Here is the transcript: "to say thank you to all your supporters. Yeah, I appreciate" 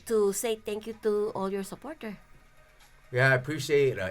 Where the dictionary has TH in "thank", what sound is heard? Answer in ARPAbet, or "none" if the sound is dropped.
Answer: T